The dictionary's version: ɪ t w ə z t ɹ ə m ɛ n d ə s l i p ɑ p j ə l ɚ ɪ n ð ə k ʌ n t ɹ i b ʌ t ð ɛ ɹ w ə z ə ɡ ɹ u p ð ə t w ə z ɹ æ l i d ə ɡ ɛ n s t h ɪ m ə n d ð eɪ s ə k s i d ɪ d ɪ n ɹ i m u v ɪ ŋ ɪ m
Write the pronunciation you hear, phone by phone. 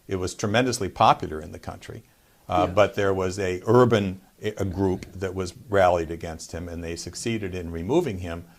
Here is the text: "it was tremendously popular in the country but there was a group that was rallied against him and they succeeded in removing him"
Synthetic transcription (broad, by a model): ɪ t w ə z t ɹ ə m ɛ n d ə s l i p ɑ p j l ɚ ɪ n ð ə k ʌ n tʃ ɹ i b ʌ t ð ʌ ɹ w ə z ə ɡ ɹ u p ð ə t w ə z ɹ æ l i d ə ɡ ɛ n s t h ɪ m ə n ð eɪ s ə k s i d ɪ d ɪ n ɹ i m u v ɪ ŋ ɪ m